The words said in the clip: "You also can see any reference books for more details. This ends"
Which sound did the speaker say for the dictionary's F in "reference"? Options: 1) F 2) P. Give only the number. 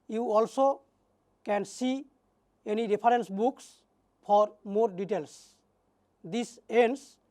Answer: 2